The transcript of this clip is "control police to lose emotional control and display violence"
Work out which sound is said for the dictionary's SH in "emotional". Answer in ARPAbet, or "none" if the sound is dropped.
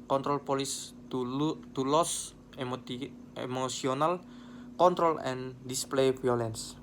S